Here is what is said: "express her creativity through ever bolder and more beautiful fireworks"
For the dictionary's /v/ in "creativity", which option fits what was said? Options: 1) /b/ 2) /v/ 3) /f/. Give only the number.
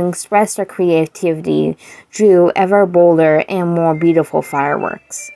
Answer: 2